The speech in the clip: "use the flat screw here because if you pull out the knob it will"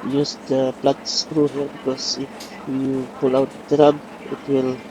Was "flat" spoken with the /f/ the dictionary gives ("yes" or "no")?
no